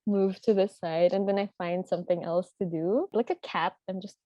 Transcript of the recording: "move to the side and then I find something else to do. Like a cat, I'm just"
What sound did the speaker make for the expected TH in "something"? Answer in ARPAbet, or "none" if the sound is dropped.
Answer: TH